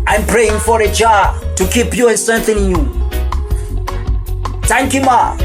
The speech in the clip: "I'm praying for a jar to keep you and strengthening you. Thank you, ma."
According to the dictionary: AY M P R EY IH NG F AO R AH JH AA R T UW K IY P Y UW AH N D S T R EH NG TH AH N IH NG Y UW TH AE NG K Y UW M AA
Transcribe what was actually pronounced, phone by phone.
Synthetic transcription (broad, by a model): AY M P R EY IH NG F AO R AH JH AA T UW K IY P Y UW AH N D S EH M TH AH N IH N Y UW T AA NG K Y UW M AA